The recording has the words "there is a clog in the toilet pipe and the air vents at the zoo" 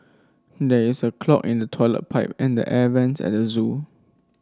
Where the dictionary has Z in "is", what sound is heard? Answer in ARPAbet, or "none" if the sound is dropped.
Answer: S